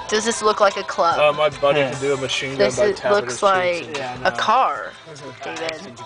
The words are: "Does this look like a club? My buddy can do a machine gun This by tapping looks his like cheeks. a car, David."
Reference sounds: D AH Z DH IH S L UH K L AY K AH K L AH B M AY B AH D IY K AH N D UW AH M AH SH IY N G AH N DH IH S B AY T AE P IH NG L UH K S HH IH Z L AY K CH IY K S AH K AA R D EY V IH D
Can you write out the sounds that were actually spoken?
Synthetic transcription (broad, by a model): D AH Z DH IH S L UH K L AY K AH K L AH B M AY B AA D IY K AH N D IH AH M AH SH IY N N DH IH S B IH L UH K S L AY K K AH K AA R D EY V IH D